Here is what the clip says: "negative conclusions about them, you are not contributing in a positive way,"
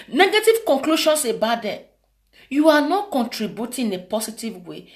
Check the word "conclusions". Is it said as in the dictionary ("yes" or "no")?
no